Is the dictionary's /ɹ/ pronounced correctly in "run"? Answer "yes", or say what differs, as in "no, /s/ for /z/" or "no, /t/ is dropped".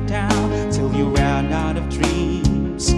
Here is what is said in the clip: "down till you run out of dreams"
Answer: no, /w/ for /ɹ/